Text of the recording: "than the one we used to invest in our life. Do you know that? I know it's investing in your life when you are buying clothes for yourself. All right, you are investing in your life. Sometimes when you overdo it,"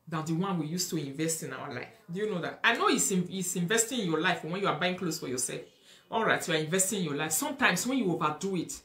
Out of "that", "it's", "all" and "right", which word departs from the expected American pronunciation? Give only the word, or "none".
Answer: it's